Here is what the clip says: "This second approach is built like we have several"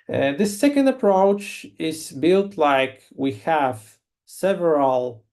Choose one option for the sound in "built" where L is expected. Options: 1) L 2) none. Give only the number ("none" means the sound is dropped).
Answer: 1